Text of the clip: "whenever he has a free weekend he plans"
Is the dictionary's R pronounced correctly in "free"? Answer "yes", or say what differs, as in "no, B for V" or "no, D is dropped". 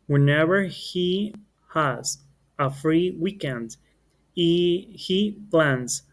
yes